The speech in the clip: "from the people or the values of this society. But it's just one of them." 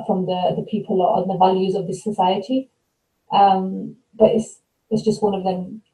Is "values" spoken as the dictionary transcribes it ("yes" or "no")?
yes